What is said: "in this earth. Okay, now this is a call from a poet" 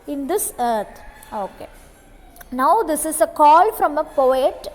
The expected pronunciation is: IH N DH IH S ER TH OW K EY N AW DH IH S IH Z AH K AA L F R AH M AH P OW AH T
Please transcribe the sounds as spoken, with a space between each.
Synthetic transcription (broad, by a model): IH N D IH S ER T OW K EY N AW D IH S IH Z AH K AA L F R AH M AH P OW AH T